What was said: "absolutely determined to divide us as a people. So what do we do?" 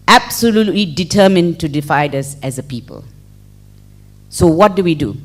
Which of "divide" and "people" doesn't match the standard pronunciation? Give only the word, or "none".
divide